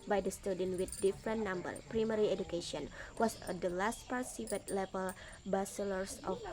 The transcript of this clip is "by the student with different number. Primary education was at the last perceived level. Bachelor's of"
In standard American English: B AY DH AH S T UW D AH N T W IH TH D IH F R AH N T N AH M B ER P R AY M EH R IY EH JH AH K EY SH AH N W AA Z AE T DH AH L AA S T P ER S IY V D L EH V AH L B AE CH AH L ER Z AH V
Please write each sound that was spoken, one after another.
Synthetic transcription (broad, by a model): B AY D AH S T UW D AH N W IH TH D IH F R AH N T N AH M B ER P R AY M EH R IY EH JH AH K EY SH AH N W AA S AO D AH L AA S T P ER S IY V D L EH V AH L B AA S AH L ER S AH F